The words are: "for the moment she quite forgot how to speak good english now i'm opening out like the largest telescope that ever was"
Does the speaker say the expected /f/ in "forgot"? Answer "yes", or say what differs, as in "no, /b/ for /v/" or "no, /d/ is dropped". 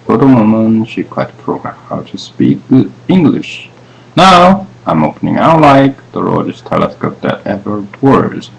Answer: no, /p/ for /f/